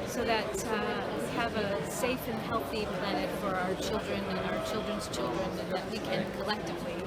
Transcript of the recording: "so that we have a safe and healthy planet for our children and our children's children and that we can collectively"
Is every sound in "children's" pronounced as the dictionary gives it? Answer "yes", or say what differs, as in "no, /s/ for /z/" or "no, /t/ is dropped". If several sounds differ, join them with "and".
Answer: yes